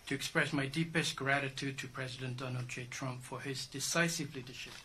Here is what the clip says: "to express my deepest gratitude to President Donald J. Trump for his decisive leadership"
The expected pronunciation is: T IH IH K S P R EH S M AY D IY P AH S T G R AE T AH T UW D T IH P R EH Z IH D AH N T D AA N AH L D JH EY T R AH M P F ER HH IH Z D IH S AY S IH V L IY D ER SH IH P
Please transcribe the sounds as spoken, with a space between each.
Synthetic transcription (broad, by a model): T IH IH K S P R EH S M AY D IY P AH S T G R AE T AH T UW D T IH P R EH Z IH D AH N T D AA N AH L D JH EY T R AH M P F ER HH IH Z D IH S AY S IH V L IY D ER SH IH P